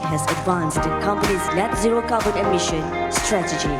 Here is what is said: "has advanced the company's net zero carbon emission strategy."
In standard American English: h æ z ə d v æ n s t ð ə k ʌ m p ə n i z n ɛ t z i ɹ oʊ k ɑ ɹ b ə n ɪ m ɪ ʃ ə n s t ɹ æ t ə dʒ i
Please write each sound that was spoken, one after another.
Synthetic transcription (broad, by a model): h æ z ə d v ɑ n s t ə k ʌ m p ə n i z l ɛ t z i ɹ oʊ k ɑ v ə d ɪ m ɪ ʃ ə n s t ɹ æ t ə dʒ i